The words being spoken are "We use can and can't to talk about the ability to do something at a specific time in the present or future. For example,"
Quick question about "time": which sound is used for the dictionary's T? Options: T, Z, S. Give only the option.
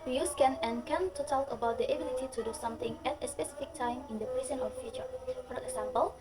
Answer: T